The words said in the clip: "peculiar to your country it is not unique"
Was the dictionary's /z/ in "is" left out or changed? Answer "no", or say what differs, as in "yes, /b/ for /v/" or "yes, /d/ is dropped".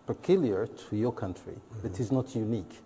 no